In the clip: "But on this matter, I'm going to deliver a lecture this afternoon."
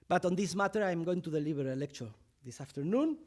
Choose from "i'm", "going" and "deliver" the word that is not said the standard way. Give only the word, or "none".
deliver